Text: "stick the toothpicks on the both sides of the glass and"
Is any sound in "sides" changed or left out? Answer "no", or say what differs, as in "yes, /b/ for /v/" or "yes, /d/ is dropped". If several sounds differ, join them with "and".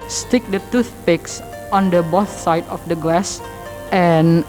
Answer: yes, /z/ is dropped